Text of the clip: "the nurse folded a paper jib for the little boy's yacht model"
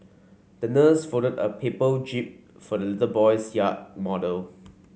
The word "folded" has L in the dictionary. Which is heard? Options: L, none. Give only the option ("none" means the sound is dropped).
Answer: none